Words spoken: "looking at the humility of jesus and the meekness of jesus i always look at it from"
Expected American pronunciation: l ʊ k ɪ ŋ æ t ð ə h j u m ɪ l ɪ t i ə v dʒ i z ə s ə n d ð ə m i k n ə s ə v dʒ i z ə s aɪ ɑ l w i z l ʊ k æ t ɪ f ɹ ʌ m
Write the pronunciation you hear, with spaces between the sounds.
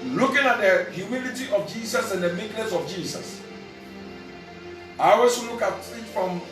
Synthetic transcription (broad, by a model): l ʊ k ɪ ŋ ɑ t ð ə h j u m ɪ l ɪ t i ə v dʒ i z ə s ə n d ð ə m i k n ə s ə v dʒ i s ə s aɪ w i s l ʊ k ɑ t ɪ f ɹ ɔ m